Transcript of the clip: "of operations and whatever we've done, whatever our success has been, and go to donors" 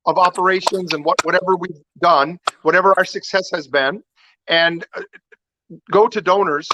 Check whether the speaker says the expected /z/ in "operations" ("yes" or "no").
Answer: yes